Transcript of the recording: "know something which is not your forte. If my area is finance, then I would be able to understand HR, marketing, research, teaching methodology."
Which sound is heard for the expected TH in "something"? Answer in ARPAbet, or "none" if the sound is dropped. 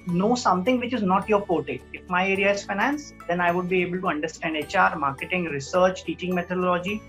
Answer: T